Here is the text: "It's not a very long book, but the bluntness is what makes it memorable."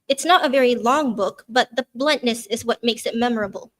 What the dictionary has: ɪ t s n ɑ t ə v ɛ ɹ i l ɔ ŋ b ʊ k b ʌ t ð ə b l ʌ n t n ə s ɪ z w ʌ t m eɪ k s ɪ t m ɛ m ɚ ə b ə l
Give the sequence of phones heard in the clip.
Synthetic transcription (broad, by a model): ɪ t s n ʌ t ə v ɛ ɹ i l ɔ ŋ b ʊ k b ʌ t ð ə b l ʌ n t n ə s ɪ z w ʌ t m eɪ k s ɪ t m ɛ m ɚ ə b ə l